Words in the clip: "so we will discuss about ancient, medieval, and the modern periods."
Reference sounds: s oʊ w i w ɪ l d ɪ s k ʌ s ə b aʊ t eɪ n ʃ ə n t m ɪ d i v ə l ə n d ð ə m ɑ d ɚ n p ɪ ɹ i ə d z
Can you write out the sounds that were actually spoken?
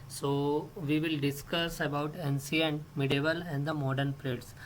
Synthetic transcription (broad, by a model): s oʊ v i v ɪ l d ɪ s k ʌ s ə b aʊ t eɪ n s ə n m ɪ d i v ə l ə n d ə m ɑ d ɚ n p ɹ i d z